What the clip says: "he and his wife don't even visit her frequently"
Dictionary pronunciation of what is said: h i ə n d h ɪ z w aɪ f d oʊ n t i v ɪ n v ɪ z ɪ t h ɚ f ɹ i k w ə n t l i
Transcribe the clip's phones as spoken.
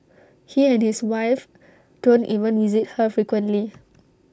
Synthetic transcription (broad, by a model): h i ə n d h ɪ s w aɪ f d oʊ n t i v ɪ n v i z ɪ t h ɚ f ɹ i k w ə n t l i